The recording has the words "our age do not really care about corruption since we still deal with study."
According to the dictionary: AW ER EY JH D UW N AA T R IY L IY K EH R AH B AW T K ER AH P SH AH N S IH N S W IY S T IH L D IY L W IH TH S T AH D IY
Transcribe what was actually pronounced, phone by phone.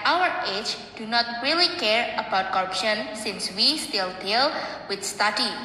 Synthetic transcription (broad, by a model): AW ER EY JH D UW N AA T R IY L IY K EH R AH B AW T K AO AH P SH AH N S IH N S W IY S T IH L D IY L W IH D S T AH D IY